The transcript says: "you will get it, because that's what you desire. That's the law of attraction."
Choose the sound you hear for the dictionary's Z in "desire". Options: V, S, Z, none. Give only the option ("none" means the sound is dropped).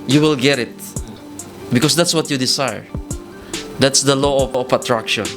S